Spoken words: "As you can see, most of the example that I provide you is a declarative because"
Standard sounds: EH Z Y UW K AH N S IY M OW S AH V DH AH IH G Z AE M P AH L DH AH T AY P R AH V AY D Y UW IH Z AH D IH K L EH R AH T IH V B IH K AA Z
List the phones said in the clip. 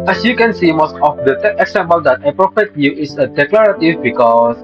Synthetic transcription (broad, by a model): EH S Y UW K AH N S IY M OW S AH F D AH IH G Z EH M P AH L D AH T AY P R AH F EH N Y UW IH S AH D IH K L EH R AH T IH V B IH K AA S